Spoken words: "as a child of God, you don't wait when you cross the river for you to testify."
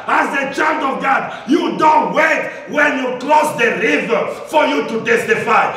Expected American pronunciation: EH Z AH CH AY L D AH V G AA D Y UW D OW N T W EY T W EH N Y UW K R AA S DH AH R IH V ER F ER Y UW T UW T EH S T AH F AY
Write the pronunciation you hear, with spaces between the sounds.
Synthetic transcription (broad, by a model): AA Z AH CH AY L D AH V G AA D Y UW D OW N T W EY T W EH N Y UW K L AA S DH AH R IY V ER F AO Y UW T UW T EH S T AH F AY